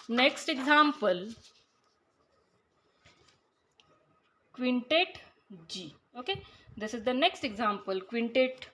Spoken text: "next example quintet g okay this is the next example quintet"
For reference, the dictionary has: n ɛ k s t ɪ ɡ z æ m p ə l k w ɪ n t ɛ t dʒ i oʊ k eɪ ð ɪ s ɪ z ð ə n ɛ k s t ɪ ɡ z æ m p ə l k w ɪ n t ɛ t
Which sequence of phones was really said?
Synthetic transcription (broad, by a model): n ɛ k s t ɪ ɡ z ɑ m p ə l k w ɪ n t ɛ t dʒ i oʊ k eɪ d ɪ s ɪ z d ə n ɛ k s t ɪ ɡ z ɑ m p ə l k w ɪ n t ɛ t